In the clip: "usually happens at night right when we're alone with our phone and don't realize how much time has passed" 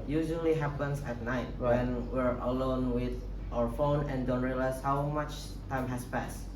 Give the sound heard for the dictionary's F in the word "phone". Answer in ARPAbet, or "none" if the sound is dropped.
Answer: F